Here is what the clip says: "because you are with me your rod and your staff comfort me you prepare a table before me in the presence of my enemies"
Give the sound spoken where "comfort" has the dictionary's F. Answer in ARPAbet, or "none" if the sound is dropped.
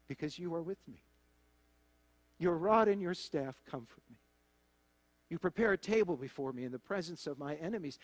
F